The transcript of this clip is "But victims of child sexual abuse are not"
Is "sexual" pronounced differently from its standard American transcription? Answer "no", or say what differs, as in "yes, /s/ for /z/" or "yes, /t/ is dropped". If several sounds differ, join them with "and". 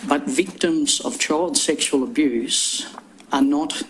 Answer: no